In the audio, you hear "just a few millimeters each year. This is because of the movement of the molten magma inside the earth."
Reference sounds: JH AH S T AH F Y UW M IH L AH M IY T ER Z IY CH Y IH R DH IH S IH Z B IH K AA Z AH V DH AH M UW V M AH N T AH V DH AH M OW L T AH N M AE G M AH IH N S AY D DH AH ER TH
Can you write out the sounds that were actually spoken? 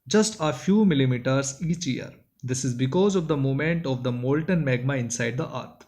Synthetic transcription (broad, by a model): JH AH S T AH F Y UW M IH L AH M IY T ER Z IY CH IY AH R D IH S IH Z B IH K AA Z AH V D AH M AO M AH N T AH V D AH M OW L T AH N M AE G M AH IH N S AY D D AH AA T